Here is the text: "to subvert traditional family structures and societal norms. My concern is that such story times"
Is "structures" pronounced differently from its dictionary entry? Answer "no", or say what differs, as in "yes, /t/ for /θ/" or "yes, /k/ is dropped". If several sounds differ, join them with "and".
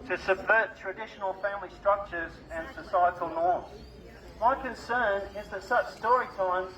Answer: no